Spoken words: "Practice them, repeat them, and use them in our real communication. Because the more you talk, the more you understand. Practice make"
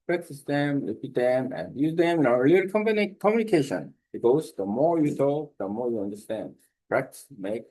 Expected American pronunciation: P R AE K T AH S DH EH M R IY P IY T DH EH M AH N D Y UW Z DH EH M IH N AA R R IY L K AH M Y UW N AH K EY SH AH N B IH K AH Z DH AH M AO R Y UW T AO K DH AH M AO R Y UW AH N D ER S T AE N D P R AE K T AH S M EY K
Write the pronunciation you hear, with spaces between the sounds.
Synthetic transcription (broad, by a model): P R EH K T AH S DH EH M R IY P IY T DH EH M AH N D Y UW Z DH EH M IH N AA L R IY N K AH M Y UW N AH K EY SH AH N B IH AH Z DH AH M AO R Y UW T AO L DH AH M AO R Y UW AH N D ER S T AE N D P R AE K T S M EY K